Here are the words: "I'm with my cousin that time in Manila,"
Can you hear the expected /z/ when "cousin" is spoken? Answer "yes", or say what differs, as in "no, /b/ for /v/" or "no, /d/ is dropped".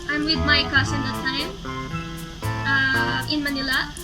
no, /s/ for /z/